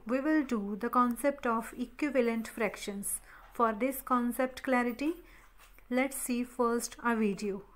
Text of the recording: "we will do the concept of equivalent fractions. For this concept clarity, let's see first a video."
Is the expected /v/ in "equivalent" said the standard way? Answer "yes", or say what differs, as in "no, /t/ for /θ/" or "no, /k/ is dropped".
yes